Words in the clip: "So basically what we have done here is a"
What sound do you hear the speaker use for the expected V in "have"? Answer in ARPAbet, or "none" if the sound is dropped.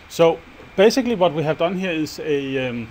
V